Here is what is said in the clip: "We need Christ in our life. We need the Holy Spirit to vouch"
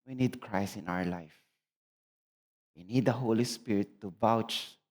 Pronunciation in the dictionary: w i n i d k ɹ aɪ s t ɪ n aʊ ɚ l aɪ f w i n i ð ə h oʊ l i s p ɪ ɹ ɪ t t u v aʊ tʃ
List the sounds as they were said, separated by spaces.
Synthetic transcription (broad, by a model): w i n i d k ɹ aɪ s ɪ n aʊ ɚ l aɪ f w i n i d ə h oʊ l i s p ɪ ɹ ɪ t t u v aʊ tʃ